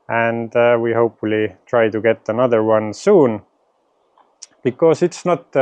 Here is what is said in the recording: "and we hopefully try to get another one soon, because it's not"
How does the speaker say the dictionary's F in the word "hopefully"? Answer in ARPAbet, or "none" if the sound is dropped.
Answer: F